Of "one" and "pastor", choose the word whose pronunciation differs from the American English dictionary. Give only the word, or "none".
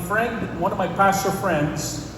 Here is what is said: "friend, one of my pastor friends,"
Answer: none